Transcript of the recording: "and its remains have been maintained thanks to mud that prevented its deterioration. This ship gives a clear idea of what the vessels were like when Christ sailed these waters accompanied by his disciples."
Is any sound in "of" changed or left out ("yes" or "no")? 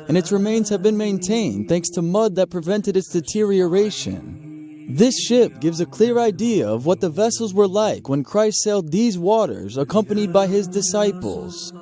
no